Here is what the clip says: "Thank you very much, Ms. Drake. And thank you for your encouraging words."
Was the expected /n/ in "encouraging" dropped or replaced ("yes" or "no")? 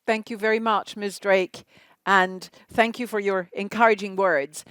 no